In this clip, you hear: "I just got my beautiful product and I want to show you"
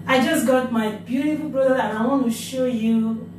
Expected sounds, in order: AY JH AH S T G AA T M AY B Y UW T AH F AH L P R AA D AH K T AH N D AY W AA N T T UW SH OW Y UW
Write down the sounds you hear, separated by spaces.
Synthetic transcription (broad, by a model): AY JH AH S G AA T M AY B Y UW T AH F AH L B R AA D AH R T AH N AY W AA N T T UW SH OW Y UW